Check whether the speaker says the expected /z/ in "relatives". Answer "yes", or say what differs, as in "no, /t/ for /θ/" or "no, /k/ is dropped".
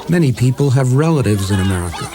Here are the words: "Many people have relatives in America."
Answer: yes